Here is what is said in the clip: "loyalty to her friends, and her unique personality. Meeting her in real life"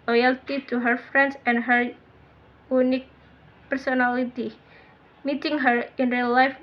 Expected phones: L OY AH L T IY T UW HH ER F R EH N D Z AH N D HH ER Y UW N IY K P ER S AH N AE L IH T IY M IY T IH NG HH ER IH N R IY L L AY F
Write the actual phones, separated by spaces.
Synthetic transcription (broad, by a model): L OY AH L T IY T UW HH ER F R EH N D S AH N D HH ER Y UW N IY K P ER S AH N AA L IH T IY M IY T IH NG HH ER IH N R IY L L AY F